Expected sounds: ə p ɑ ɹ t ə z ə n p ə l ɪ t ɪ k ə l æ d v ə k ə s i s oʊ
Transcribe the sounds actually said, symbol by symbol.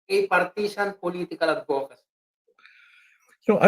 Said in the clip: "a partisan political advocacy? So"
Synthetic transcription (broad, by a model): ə p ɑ ɹ t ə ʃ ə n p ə l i t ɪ k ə l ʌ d p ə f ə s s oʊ